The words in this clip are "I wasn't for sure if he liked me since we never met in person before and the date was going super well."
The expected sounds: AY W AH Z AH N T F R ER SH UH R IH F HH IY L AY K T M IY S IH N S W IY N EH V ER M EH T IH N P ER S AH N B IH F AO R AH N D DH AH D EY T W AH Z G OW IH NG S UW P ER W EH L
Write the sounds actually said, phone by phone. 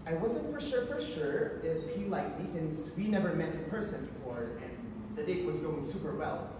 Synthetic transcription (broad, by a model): AY W AH Z AH N T F R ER SH UH R IH F HH IY L AY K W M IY S IH N S W IY N EH V ER M EH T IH P ER S AH N B IH F AO R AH N DH AH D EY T W AH Z G OW IH NG S UW P ER W EH L